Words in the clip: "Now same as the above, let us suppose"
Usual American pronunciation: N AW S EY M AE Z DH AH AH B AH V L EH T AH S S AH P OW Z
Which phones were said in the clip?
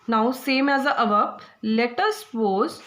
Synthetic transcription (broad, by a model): N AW S EY M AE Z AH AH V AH P L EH T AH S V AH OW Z